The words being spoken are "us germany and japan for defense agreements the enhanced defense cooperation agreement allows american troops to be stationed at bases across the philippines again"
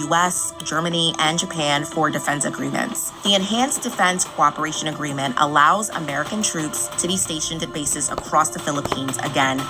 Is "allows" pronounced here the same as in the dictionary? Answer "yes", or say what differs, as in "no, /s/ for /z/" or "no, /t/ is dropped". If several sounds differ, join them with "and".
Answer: yes